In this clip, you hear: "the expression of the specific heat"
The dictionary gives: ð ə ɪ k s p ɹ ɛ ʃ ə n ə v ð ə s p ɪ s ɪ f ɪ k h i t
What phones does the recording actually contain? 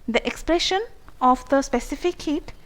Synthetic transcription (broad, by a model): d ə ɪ k s p l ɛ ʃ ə n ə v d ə s p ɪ s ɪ f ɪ k h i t